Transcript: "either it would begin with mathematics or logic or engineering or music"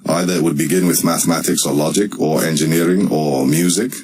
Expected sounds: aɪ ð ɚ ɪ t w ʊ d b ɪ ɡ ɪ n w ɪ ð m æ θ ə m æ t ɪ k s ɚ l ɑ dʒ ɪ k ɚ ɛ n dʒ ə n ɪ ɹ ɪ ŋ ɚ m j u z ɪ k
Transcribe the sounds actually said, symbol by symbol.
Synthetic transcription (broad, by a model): aɪ ð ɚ ɪ t w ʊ d b ɪ ɡ ɪ n w ɪ ð m æ θ ə m æ t ɪ k s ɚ l ɑ dʒ ɪ k ɚ ɛ n dʒ ə n ɪ ɹ ɪ ŋ ɚ m j u z ɪ k